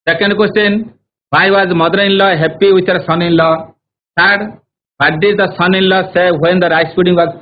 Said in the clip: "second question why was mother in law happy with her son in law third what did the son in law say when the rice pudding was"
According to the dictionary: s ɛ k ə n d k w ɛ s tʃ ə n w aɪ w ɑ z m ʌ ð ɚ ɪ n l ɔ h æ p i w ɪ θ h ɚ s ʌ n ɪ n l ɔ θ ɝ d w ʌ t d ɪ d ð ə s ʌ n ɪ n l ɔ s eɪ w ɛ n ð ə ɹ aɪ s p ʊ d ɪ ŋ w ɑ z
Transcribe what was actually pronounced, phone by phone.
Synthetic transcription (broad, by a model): s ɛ k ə n d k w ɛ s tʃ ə n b aɪ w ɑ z m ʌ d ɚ ɪ n l ɔ h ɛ p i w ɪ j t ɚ s ʌ n ɪ n l ɔ t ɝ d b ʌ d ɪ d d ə s ʌ n ɪ n l ɔ s eɪ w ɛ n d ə ɹ aɪ s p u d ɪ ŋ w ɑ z